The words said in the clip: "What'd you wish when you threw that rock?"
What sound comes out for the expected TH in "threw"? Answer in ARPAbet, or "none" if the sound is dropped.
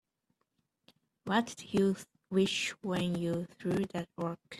TH